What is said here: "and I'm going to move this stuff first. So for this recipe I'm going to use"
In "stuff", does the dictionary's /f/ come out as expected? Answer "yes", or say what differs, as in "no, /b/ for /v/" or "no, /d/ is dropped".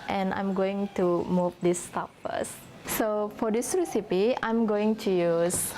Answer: no, /p/ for /f/